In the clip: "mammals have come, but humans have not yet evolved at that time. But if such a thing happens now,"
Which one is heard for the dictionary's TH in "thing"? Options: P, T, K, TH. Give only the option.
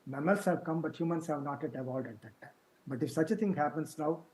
T